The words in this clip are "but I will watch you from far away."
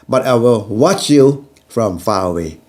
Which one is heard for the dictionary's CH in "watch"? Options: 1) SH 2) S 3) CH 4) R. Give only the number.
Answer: 3